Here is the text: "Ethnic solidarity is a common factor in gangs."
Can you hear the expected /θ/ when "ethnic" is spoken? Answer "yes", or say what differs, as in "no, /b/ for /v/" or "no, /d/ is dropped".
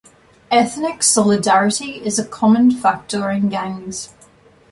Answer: yes